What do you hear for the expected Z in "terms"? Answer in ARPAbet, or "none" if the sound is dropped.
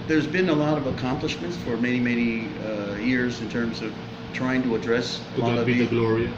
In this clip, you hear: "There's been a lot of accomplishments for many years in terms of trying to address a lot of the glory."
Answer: Z